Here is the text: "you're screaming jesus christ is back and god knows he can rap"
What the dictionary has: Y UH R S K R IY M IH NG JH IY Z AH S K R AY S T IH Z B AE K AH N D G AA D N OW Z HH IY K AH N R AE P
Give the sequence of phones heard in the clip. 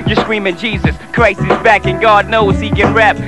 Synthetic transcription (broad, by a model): Y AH R S K R IY M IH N JH IY Z AH S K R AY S IH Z B AE K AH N G AA D N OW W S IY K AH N R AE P